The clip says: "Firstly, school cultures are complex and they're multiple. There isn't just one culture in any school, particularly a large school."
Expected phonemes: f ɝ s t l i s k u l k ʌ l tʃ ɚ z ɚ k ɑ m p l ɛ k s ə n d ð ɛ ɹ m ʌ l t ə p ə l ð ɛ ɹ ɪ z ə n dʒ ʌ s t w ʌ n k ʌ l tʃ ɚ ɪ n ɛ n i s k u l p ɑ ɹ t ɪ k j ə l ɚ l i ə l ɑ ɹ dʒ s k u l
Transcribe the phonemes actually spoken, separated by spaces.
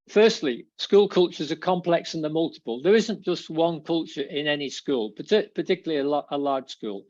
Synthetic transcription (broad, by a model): f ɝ s t l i s k u l k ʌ l tʃ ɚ z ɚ k ɑ m p l ɛ k s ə n ð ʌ m ʌ l t ə p ə l ð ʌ ɹ ɪ z ə n dʒ ʌ s t w ʌ n k ʌ l tʃ ɚ ɪ n ɛ n i s k u l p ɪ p t ɪ k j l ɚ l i ə l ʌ l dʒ s k u l